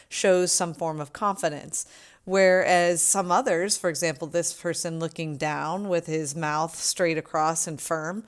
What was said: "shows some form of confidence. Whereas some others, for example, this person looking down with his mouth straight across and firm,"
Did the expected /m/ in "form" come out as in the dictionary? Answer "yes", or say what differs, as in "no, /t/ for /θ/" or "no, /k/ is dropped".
yes